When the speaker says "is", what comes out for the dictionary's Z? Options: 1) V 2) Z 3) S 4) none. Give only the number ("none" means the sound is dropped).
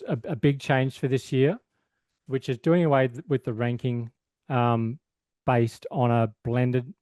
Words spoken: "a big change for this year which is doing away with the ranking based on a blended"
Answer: 2